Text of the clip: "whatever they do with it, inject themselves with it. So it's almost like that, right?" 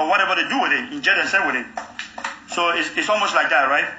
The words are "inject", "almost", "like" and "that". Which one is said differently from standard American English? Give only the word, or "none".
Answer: inject